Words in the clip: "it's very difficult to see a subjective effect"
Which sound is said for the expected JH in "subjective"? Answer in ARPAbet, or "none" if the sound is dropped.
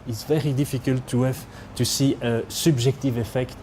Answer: ZH